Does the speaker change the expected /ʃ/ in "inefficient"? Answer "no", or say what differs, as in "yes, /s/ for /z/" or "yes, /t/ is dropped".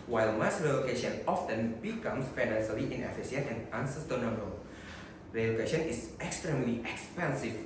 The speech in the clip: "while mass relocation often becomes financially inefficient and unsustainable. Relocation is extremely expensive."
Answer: yes, /s/ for /ʃ/